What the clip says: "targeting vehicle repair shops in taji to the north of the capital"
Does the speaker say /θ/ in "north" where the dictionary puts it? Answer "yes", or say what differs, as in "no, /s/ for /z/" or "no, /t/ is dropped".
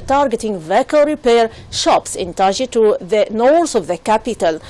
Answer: no, /s/ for /θ/